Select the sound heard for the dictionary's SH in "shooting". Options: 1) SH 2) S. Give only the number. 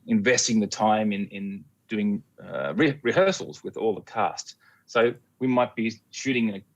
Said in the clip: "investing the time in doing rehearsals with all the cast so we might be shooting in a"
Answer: 1